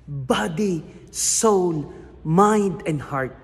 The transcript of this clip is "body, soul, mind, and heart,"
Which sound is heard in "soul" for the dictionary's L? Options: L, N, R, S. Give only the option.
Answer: N